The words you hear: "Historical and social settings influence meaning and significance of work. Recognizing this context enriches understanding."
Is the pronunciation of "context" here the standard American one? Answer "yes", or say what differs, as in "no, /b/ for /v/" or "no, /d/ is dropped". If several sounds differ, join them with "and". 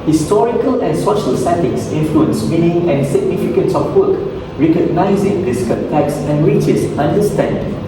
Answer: no, /l/ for /n/